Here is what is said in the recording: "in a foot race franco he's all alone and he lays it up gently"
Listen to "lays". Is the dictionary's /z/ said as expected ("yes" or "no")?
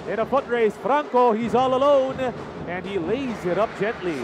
yes